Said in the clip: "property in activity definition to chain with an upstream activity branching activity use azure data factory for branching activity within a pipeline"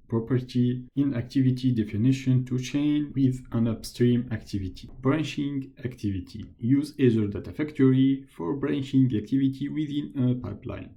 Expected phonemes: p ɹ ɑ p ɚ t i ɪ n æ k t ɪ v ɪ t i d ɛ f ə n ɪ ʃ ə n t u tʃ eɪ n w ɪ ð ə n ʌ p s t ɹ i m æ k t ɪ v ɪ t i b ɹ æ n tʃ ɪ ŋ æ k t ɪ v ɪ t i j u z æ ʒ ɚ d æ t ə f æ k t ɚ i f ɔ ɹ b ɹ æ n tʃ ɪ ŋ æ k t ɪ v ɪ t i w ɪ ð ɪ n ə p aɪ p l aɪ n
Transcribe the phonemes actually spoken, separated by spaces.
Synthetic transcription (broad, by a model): p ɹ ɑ p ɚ t i ɪ n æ k t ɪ v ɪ t i d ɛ f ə n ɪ ʃ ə n t u tʃ eɪ n w ɪ ð ə n ʌ p s t ɹ i m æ k t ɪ v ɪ t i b ɹ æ n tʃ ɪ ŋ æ k t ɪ v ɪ t i j u z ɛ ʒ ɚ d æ t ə f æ k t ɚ i f ɔ ɹ b ɹ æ n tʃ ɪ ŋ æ k t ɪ v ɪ t i w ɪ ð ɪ n ə p aɪ p l aɪ n